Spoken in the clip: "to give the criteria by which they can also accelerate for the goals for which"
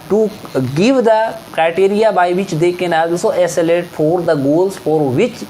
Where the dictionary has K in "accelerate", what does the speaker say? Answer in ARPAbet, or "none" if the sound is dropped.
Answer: none